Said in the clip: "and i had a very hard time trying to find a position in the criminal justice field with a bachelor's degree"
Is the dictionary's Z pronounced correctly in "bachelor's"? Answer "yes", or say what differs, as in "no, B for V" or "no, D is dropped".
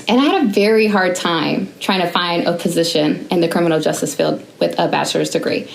yes